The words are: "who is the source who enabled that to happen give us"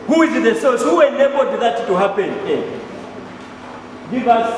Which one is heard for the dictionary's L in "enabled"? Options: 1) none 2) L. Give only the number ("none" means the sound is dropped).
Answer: 1